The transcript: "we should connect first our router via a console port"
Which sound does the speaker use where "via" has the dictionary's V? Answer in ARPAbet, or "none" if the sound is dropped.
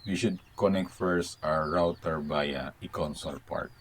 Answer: B